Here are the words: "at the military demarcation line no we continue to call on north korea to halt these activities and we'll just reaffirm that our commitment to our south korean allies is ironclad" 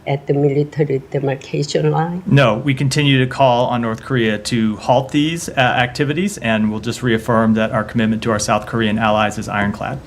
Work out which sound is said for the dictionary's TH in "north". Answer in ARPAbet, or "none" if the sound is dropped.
TH